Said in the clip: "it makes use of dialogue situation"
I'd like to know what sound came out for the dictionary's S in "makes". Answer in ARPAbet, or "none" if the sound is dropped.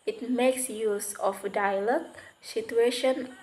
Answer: S